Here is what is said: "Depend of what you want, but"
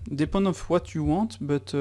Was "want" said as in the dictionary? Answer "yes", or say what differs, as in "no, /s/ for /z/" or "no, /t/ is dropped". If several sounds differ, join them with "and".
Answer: no, /n/ is dropped